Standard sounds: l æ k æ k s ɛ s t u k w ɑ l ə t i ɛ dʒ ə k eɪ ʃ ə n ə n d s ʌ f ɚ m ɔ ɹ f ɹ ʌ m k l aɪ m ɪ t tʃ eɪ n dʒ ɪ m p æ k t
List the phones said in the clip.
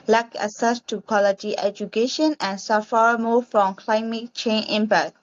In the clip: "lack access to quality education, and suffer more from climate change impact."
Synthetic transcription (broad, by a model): l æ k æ s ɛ s t u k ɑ l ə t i ɛ dʒ ə k eɪ ʃ ə n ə n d s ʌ f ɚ m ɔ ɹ f ɹ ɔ m k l aɪ m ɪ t tʃ eɪ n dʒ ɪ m p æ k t